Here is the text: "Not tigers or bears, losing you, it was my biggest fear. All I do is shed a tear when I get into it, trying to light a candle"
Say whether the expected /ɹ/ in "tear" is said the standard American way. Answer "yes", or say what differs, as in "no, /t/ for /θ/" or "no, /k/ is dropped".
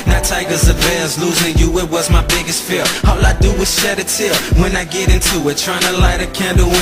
no, /l/ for /ɹ/